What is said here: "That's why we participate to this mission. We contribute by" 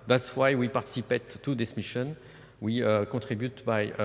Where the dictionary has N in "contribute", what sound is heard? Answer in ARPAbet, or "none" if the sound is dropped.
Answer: none